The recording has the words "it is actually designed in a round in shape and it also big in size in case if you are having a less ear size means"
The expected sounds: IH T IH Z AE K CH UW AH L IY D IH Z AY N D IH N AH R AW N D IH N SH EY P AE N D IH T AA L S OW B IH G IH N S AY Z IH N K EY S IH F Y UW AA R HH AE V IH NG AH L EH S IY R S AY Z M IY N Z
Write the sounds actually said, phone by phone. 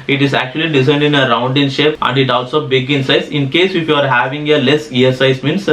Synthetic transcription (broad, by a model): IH T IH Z AE K CH UW AH L IY D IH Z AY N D IH N AH R AW N D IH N SH EY P AE N D IH T AA L S OW B IH G IH N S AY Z IH N K EY S IH F Y UW AA R HH AE V IH NG AH L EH IY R S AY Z M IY N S